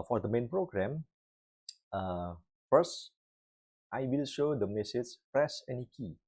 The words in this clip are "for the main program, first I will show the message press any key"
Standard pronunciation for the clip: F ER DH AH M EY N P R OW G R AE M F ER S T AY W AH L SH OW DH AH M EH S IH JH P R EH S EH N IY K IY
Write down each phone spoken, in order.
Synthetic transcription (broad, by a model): F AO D AH M EY N P R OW G R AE M F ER S T AY W AH L SH OW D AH M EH S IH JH P R EH S EH N IY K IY